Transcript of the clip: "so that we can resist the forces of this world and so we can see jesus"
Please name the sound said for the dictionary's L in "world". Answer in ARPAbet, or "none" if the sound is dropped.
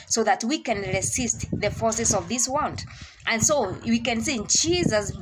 N